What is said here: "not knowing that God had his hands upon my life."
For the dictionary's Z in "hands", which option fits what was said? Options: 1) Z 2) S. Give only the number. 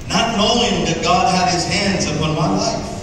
1